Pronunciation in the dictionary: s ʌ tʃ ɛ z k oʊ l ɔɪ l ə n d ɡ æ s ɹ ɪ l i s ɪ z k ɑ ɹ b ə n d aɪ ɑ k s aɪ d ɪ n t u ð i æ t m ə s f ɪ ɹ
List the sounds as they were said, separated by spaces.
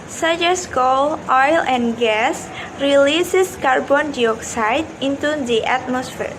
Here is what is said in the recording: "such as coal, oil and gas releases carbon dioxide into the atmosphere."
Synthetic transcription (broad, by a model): s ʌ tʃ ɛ s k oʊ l ɔɪ l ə n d ɡ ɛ s ɹ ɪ l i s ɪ s k ɑ ɹ b ə n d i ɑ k s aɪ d ɪ n t u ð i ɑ t m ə s f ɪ ɹ